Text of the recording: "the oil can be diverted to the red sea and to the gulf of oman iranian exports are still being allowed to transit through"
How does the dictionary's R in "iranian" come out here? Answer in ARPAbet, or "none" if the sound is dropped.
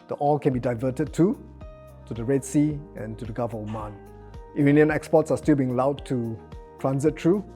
none